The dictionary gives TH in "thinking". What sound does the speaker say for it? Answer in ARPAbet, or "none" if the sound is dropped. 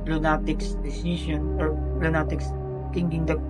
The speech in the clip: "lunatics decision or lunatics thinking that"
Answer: T